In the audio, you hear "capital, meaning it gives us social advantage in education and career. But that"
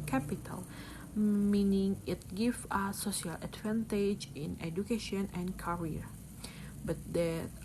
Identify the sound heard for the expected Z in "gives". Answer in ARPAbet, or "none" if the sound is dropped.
none